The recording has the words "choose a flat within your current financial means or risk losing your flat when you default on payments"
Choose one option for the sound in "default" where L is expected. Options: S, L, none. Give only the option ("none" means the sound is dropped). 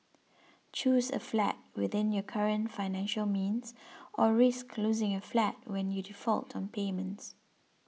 L